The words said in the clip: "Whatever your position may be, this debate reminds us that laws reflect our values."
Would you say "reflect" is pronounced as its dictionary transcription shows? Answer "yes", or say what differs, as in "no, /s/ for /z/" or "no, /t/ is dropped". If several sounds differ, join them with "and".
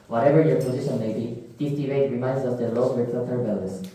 no, /k/ is dropped